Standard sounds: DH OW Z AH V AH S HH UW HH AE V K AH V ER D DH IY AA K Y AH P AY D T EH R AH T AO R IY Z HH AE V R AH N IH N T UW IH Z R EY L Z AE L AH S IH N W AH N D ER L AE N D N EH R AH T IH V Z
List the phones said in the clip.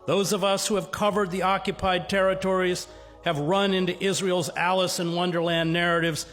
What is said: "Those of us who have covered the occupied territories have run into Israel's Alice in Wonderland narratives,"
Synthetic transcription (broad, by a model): DH OW Z AH V AH S HH UW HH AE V K AH V ER D DH IY AA K Y AH P AY D T EH R AH T AO R IY Z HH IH V R AH N IH N T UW IH Z R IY L Z AE L AH S IH N W AH N D ER L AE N N EH R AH T IH V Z